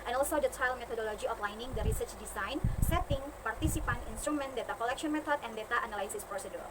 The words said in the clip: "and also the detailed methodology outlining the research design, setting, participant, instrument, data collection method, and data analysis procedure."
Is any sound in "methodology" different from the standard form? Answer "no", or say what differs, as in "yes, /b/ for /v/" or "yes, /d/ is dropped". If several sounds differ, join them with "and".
yes, /t/ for /θ/